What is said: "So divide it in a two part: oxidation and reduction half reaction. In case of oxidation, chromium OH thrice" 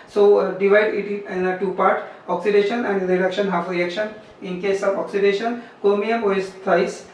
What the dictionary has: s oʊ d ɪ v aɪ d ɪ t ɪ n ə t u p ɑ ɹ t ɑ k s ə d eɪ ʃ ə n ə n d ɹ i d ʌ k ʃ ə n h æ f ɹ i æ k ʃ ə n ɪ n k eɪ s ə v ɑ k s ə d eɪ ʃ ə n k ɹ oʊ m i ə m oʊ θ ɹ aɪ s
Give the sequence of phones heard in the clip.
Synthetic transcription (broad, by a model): s oʊ d ɪ v aɪ d ɪ t ɪ n ə t u p ɑ ɹ t ɑ k s ə d eɪ ʃ ə n ə n d ɹ i d ʌ k ʃ ə n h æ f ɹ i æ k ʃ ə n ɪ n k eɪ s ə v ɑ k s ə d eɪ ʃ ə n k oʊ m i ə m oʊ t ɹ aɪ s